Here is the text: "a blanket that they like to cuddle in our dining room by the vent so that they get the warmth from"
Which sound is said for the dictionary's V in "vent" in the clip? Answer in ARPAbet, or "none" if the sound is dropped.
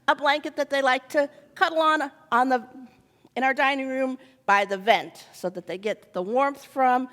V